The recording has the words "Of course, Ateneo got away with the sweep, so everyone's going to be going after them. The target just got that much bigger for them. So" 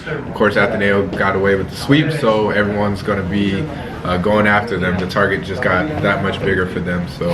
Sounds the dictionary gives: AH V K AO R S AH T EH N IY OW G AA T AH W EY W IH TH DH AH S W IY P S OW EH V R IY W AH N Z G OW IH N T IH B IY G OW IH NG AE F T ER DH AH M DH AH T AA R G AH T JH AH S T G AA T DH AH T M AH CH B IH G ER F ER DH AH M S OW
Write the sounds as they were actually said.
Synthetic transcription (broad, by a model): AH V K AO R S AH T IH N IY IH G AA T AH W EY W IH DH AH S W IY P S OW EH V R IY W AH N Z G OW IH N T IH B IY G OW IH NG AE F T ER DH AH M DH AH T AA R G AH T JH AH S G AA T DH AH T M AH CH B IH G ER F ER DH AH M S OW